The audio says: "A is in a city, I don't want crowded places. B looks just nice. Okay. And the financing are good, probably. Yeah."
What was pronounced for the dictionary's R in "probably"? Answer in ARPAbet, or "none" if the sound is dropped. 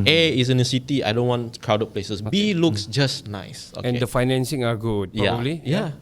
none